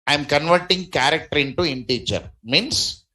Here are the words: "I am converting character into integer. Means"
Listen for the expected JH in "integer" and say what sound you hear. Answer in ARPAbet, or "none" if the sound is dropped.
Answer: CH